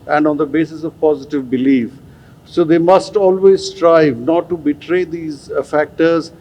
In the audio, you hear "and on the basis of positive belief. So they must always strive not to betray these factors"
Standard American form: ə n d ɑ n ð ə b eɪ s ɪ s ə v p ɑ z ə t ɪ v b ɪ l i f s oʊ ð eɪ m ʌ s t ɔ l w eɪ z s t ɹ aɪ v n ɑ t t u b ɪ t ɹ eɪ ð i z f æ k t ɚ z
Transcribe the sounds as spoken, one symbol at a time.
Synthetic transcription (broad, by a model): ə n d ɑ n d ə b eɪ s ɪ s ə v p ɑ z ə t ɪ v b ɪ l i f s oʊ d eɪ m ʌ s t ɔ l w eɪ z s t ɹ aɪ v n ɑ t t u b ɪ t ɹ eɪ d i z f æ k t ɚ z